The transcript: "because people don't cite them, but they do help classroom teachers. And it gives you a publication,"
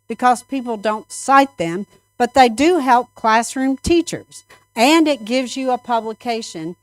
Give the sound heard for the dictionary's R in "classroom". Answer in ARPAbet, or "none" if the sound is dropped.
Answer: R